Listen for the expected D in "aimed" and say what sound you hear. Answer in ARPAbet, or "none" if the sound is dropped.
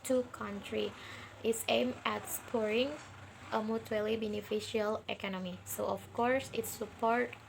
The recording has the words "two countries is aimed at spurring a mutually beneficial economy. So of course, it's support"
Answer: none